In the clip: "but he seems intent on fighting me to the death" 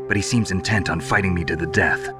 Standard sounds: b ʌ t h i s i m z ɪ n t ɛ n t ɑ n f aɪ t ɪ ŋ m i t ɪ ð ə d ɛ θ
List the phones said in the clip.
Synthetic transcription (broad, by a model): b ʌ t h i s i m z ɪ n t ɛ n t n f aɪ t ɪ ŋ m i t ɪ ð ə d ɛ θ